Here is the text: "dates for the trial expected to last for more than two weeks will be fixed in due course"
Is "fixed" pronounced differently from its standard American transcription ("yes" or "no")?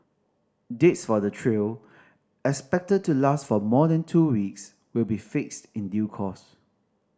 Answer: no